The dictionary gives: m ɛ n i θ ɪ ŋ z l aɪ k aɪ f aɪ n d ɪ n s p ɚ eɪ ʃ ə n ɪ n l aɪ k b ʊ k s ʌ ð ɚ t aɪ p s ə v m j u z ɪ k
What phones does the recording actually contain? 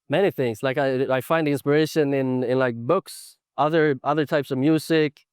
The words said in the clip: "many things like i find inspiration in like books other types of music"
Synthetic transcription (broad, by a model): m ɛ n i θ ɪ ŋ z l aɪ k aɪ f aɪ n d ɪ n s p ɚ eɪ ʃ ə n ɪ n l aɪ k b ʊ k s ʌ ð ɚ t aɪ p s ə v m j u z ɪ k